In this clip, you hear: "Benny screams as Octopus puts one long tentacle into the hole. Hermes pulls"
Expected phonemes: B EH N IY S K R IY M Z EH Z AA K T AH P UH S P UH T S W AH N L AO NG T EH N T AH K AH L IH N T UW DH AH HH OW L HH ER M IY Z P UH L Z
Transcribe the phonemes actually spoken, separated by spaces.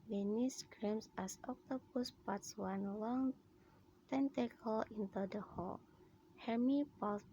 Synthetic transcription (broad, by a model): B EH N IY S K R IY M S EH S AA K T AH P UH S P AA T S W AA N L AO NG T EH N T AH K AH L IH N T UW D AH HH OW L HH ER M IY P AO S